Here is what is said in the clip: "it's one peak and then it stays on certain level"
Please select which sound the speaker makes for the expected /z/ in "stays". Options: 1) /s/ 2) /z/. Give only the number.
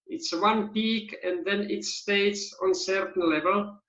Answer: 1